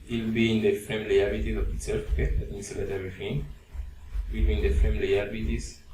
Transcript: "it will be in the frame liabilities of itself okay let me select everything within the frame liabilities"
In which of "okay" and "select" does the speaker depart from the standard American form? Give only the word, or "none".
select